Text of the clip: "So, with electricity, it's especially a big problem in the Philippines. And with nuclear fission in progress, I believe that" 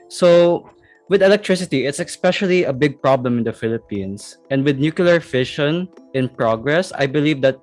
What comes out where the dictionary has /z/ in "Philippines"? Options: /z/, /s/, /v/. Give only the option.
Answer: /s/